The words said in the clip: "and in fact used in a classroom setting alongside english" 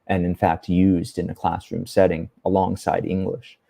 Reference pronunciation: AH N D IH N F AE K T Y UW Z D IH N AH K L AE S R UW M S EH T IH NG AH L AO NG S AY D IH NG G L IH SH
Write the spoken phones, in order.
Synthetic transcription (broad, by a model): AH N IH N F AE K T Y UW Z D IH N AH K L AE S R UW M S EH T IH NG AH L AO NG S AY D IH NG G L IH SH